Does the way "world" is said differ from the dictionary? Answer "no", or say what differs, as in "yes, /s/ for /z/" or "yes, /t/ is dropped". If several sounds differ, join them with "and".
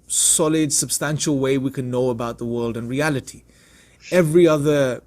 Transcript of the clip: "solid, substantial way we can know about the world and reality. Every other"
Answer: no